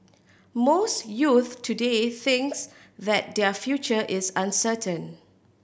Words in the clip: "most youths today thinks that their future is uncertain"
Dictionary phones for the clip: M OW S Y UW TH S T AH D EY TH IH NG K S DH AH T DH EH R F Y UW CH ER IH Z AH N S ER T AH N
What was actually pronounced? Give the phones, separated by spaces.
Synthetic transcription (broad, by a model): M OW S Y UW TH T AH D EY TH IH NG K S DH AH T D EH F Y UW CH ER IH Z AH N S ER T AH N